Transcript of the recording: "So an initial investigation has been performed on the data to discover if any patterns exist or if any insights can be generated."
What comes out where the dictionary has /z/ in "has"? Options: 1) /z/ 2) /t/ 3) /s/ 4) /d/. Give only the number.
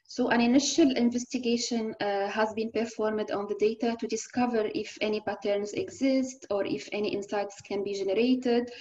1